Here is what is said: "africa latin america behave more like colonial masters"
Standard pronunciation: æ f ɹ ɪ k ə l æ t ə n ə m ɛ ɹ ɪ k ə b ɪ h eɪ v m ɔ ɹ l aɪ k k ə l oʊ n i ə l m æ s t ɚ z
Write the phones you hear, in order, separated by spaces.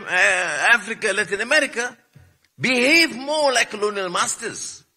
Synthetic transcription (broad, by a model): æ f ɹ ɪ k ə l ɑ t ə n ə m ɛ ɹ ɪ k ə b ɪ h eɪ v m ɔ l aɪ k k ə l oʊ n i ə l m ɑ s t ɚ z